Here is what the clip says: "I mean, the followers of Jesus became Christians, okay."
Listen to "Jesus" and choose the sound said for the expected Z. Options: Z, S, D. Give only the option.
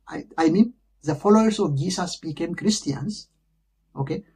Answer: S